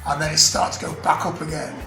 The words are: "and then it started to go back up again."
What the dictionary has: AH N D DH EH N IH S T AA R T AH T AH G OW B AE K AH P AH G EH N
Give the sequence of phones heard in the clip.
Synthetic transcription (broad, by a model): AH N DH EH IH S T AA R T T AH G OW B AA K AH P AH G EH N